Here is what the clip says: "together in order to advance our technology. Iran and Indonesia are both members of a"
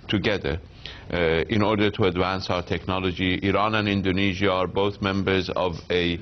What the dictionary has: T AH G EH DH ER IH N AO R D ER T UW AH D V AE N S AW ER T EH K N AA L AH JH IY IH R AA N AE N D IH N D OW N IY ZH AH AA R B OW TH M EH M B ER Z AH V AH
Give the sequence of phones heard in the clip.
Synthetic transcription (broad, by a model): T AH G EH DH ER IH N AO R D ER T UW AH D V AE N S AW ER T EH K N AA L AH JH IY IH R AA N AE N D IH N D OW N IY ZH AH AA R B OW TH M EH M B ER Z AH V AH